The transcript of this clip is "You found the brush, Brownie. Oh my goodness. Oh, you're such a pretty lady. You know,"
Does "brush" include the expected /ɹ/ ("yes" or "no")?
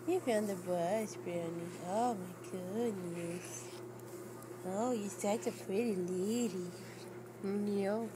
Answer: no